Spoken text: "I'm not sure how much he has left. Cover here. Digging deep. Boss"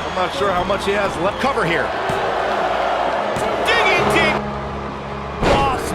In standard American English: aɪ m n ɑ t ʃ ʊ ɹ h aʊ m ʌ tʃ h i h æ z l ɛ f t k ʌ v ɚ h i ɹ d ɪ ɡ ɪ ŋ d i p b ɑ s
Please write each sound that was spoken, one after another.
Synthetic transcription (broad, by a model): aɪ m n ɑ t ʃ ʊ ɹ h aʊ m ʌ tʃ h i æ z l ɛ t k ʌ v ɚ h i ɹ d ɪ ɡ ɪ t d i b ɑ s